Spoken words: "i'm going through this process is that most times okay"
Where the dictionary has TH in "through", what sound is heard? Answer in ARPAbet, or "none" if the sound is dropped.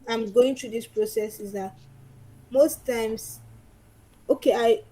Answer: T